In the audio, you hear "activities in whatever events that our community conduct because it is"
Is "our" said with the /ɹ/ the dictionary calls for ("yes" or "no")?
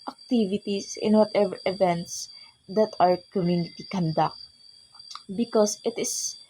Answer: yes